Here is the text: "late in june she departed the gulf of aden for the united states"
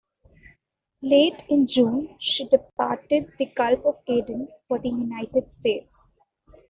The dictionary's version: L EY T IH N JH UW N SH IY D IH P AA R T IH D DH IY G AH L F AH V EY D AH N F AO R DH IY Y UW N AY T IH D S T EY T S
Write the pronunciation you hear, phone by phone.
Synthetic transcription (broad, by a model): L EY T IH N JH UW N SH IY D IH P AA R T IH D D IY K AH L P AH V EY D AH N F AO R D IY Y UW N AY T IH D S T EY T S